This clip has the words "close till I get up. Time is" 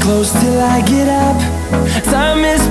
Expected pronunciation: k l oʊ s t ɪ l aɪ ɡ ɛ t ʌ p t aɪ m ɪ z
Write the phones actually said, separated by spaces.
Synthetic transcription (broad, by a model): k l oʊ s t ɪ l aɪ ɡ ɛ t ʌ p s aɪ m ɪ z